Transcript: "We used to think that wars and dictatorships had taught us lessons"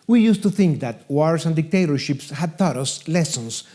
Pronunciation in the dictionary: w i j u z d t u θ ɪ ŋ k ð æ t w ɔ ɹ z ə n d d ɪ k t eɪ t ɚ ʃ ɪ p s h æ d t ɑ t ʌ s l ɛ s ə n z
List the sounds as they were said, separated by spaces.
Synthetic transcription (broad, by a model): w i j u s t u θ ɪ ŋ k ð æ t w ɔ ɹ s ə n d d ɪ k t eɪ t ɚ ʃ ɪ p s h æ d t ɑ t ʌ s l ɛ s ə n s